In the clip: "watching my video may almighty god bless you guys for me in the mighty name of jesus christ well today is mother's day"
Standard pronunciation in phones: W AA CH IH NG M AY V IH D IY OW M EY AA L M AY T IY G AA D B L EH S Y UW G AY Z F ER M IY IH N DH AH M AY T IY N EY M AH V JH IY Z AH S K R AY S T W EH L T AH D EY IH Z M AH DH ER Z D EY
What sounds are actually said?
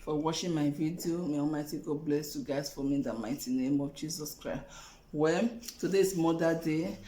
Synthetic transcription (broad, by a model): W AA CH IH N M AY V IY D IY OW M EY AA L M AY T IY G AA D B L EH S Y UW G AY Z F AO M IY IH N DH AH M AY T IY N EY M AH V JH IY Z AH S K R AY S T W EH T AH D EY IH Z M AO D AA D EY